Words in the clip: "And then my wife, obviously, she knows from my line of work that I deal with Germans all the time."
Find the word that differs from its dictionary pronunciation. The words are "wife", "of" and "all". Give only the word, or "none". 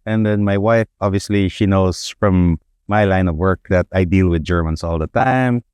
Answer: none